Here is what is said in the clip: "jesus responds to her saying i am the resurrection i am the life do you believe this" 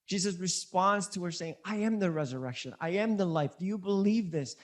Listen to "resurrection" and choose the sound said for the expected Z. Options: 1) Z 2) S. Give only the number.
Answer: 1